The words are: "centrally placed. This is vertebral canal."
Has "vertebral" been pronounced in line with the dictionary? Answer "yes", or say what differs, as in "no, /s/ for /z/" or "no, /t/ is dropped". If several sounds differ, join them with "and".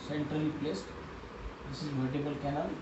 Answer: no, /ɹ/ is dropped